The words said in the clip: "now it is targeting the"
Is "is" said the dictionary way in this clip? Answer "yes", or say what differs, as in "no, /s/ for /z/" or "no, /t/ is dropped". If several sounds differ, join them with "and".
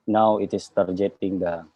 no, /s/ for /z/